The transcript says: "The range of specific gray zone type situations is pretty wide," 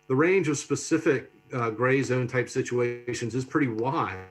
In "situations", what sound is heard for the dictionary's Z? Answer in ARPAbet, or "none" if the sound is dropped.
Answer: Z